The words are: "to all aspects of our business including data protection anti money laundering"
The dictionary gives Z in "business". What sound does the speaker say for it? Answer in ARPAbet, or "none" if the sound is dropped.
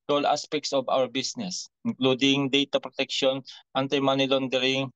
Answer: S